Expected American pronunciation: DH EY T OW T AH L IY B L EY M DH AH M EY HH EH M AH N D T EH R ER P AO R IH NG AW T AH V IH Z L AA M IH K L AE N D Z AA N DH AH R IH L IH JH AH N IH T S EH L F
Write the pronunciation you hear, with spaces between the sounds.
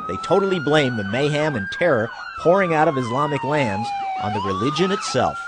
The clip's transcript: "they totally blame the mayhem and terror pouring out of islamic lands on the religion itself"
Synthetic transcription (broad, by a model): DH EY T OW T L IY B L EY M DH AH M EY HH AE M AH N T EH R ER P AO R IH NG AW T AH V IH Z L AA M IH K L AE N D Z N DH AH R IH L IH JH AH N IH T S EH L F